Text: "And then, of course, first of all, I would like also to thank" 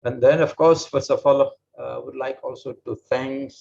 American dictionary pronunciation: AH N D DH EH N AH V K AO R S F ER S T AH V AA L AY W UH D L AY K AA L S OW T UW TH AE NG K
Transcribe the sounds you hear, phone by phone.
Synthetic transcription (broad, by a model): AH N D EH N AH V K AO R S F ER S AH F AA L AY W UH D L AY K AA L S OW T UW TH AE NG K